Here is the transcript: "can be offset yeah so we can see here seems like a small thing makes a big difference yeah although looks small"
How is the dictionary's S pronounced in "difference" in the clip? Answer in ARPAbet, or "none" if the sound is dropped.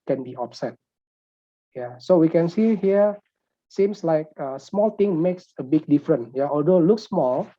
none